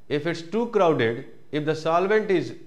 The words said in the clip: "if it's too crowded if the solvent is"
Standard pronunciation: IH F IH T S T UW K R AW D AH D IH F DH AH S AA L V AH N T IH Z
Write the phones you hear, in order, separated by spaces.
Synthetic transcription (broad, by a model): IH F IH T S T UW K R AW D AH D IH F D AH S AA L V AH N T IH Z